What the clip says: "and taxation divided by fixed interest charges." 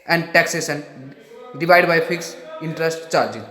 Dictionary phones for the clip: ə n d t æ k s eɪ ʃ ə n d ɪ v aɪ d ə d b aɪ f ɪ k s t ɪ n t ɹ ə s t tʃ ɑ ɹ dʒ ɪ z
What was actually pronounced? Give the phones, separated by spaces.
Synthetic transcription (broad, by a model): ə n d t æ k s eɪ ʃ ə n d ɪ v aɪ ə d b aɪ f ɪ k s ɪ n t ɹ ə s t tʃ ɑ ɹ dʒ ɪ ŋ